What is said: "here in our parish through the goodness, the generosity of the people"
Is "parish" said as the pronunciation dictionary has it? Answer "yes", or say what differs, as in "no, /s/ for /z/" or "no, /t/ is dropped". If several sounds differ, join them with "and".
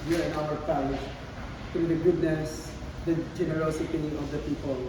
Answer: no, /l/ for /ɹ/